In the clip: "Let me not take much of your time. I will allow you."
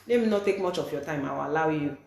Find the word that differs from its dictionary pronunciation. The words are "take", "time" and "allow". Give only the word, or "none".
allow